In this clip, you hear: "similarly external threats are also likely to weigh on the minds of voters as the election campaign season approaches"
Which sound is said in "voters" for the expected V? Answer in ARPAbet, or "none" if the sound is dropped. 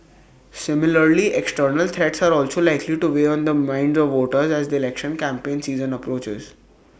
V